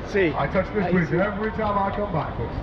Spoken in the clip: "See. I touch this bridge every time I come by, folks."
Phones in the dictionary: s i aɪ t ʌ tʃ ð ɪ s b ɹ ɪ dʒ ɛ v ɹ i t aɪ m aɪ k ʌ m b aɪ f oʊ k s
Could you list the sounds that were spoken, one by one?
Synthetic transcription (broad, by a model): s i aɪ t ʌ tʃ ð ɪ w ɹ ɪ ɛ v ɹ i t aɪ m aɪ k ʌ m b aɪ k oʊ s